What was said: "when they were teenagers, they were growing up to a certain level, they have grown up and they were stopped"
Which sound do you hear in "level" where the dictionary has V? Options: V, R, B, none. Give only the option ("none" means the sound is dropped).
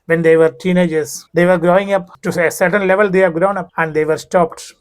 V